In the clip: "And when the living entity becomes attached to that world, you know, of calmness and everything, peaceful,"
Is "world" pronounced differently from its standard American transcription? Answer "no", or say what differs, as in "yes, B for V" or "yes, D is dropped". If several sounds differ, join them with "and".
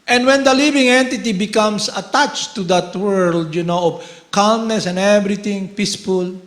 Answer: no